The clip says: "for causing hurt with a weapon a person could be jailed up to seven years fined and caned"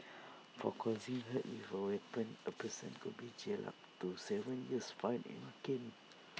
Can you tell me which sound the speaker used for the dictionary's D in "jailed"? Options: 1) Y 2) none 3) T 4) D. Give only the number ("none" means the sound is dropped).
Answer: 2